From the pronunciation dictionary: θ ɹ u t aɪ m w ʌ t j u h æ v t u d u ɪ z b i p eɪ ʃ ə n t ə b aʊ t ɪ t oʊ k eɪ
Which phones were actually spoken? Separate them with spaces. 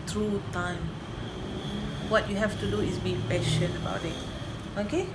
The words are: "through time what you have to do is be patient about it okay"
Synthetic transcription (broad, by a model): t ɹ u t aɪ m w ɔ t j u h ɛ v t u d u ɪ s b i p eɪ ʃ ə n ə b aʊ t ɪ t oʊ k eɪ